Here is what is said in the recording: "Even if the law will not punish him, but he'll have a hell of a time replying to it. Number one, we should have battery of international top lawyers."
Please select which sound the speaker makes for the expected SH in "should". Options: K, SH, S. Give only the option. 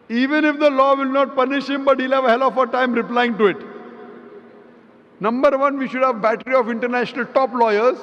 SH